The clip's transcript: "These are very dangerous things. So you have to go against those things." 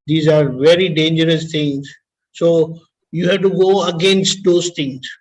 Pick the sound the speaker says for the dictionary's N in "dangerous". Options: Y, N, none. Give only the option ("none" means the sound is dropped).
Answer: N